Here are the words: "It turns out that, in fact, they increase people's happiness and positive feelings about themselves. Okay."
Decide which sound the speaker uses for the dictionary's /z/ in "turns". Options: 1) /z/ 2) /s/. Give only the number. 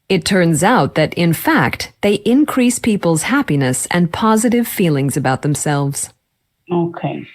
1